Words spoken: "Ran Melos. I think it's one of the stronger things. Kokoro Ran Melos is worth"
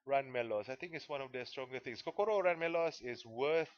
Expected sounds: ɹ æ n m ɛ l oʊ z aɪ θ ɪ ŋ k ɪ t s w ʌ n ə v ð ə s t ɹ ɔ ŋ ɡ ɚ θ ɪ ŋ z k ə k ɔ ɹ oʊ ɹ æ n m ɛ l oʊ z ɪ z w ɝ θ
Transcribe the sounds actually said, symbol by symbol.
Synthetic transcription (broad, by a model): ɹ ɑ n m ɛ l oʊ s aɪ t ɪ ŋ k ɪ t s w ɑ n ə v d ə s t ɹ ɔ ŋ ɡ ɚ t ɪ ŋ s k ə k ɔ ɹ oʊ ɹ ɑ n m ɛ l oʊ s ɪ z w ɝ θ